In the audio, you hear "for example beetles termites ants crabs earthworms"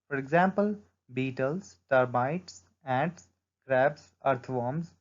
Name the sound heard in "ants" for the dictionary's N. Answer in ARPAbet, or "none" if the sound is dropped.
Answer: none